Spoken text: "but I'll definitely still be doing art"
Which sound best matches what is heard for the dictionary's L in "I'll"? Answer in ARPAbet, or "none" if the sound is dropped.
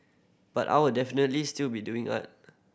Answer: W